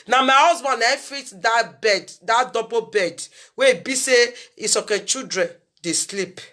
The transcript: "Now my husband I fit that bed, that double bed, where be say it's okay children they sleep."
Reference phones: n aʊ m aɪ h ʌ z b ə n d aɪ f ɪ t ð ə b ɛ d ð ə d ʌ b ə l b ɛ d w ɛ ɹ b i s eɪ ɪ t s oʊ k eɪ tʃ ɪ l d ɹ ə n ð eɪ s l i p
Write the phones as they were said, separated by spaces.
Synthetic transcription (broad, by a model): n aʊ m aɪ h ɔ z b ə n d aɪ f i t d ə b ɛ d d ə d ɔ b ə b ɛ d w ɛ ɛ b i s eɪ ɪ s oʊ k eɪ tʃ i d ɹ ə n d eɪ s l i p